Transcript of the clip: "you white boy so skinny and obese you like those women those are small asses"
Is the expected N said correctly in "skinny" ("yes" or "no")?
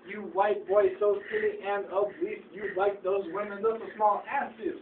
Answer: no